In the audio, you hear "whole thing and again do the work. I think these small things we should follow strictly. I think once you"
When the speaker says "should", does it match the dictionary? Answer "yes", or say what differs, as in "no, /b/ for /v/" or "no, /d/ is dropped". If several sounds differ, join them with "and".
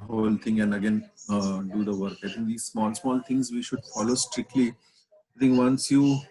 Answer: yes